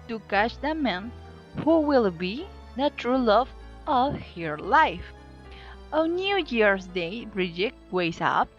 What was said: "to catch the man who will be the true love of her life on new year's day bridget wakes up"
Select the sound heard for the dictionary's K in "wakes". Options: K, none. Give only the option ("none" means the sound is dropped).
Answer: none